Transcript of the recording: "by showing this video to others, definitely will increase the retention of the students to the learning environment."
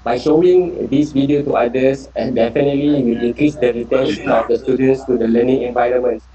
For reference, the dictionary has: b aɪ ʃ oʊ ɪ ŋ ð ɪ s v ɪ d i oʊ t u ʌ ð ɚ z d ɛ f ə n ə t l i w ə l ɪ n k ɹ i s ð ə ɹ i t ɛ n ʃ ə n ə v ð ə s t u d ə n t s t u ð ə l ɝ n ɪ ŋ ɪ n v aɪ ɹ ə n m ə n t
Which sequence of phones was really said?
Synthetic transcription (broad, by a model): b aɪ ʃ oʊ ɪ ŋ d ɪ s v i d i oʊ t u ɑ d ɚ s d ɛ f ə n ə t l i w ə l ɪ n k ɹ i s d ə ɹ i t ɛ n s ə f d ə s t u d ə n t s t u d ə l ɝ n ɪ ŋ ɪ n v aɪ ɹ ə n m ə n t